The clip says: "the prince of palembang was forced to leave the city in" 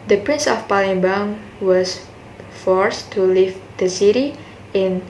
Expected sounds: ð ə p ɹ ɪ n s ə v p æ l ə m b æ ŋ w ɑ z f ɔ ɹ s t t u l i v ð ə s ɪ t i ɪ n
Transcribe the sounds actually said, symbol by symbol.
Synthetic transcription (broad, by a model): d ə p ɹ ɪ n s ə f p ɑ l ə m b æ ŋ w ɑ s f ɔ ɹ s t t u l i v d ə s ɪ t i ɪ n